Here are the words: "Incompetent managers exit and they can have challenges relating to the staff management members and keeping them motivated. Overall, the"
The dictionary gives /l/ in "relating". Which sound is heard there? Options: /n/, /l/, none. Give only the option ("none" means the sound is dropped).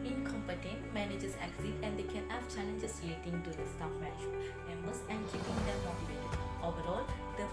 none